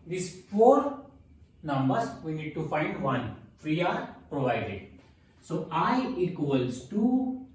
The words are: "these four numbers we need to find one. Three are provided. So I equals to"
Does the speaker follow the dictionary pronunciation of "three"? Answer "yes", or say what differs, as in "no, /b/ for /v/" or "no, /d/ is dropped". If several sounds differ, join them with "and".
no, /f/ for /θ/